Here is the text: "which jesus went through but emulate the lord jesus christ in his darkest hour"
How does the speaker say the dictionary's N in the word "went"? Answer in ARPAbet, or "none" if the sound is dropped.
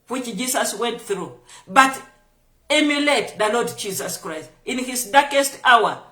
N